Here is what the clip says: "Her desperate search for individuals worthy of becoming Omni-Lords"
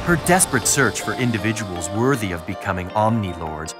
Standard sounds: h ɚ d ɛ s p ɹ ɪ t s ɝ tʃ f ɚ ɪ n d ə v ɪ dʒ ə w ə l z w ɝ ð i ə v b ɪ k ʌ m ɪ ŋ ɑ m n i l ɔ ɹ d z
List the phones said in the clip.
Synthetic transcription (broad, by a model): h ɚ d ɛ s p ɹ ɪ t s ɝ tʃ f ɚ ɪ n d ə v ɪ dʒ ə w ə l z w ɝ ð i ə v b ɪ k ʌ m ɪ ŋ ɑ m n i l ɔ ɹ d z